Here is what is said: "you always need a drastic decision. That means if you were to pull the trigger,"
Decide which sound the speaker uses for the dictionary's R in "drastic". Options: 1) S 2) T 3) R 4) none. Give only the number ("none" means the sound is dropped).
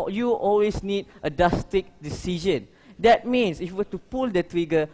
4